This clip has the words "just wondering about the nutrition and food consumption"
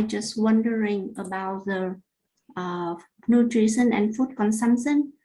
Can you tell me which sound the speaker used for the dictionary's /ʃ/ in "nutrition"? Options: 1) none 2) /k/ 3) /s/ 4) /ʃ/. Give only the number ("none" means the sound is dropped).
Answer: 3